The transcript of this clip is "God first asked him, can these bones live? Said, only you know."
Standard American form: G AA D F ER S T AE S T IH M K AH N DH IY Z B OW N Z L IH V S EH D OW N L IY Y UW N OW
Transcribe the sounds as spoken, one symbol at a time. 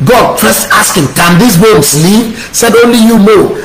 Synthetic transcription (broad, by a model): G AA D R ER S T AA S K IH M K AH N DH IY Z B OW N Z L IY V S EH D OW N L IY Y UW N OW